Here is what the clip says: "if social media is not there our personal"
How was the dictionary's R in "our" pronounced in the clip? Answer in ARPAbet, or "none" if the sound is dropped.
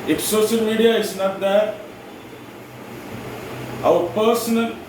W